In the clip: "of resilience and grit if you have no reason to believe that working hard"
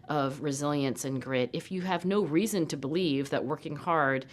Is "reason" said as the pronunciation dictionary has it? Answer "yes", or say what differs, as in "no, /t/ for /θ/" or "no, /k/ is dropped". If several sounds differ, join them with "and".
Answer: yes